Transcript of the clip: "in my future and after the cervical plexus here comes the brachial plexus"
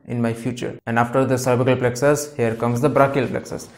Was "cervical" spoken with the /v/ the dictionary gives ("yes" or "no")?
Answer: no